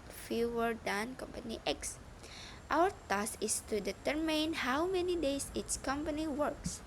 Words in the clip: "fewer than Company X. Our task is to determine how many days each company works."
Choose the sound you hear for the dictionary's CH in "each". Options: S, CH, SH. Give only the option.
S